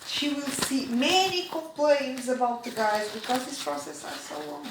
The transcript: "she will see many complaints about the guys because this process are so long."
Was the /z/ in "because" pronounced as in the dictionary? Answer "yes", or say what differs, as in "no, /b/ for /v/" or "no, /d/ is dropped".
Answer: yes